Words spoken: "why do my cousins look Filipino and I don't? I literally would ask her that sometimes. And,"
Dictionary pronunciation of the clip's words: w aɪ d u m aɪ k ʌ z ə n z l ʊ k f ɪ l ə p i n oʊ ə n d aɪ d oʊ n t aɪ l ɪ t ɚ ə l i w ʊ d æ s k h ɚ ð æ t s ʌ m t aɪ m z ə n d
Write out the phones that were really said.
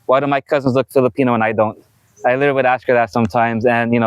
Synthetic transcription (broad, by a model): w aɪ d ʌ m aɪ k ʌ z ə n z l ʊ k f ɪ l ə p i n oʊ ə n aɪ d oʊ n t aɪ l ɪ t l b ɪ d æ s k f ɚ ð æ t s ʌ m t aɪ m z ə n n